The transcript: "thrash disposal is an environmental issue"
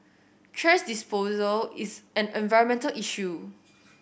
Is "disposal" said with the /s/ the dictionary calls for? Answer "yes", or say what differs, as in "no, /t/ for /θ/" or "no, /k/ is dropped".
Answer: yes